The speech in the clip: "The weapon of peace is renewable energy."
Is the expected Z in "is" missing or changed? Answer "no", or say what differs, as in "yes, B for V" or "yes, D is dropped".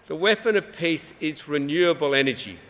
no